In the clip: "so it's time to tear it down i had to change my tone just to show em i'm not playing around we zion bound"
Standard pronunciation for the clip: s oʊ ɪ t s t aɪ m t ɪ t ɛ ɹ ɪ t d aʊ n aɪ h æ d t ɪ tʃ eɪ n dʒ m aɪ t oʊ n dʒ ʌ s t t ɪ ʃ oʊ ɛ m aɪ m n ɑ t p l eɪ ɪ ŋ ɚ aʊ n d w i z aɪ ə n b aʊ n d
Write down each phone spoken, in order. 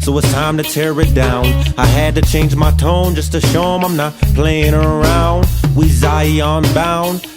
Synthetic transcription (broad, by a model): s oʊ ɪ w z t aɪ m t ɪ t ɛ ɹ ɪ t d aʊ n aɪ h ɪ d t ɪ tʃ eɪ n dʒ m aɪ t oʊ n dʒ ʌ s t t ɪ ʃ oʊ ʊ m aɪ m n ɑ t p l eɪ ɪ ŋ ɚ aʊ n d w i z aɪ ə n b aʊ n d